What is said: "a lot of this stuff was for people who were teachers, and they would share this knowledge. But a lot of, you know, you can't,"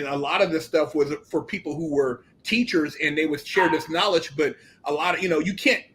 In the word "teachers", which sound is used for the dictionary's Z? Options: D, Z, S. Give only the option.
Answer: Z